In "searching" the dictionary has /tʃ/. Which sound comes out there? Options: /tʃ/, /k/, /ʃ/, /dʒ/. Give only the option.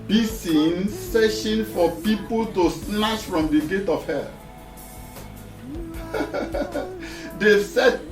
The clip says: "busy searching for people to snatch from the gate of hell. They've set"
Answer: /ʃ/